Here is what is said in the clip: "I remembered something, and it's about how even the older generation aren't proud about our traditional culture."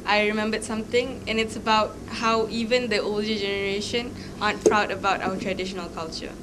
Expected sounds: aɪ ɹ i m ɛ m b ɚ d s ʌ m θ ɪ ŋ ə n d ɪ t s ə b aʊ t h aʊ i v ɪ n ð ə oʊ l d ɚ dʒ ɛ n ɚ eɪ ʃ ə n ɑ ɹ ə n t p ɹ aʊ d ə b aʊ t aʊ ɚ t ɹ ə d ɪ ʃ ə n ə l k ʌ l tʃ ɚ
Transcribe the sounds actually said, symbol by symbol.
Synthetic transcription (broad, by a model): aɪ ɹ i m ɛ m b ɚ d s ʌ m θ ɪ ŋ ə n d ɪ t s ə b aʊ t h aʊ i v ɪ n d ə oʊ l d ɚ dʒ ɛ n ɚ eɪ ʃ ə n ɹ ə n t p ɹ aʊ d ə b aʊ t aʊ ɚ t ɹ ə d ɪ ʃ ə n ə l k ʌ l tʃ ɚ